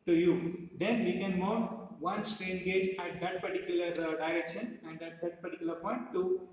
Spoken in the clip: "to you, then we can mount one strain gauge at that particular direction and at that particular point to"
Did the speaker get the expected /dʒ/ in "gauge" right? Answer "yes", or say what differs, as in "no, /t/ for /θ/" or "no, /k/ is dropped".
yes